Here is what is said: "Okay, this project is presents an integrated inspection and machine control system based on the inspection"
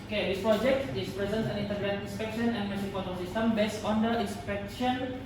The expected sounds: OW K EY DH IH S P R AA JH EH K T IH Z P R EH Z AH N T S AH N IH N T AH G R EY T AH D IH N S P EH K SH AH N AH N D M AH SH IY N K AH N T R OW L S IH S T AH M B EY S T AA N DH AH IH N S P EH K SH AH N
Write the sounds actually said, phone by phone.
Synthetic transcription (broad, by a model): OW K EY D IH S P R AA JH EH K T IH S P R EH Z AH N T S AH N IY N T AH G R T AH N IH N S P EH K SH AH N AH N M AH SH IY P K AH T OW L S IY S T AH M B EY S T AA N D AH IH N S P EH K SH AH N